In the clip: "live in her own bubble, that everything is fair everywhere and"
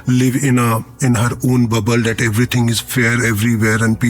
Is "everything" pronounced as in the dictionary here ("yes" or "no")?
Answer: no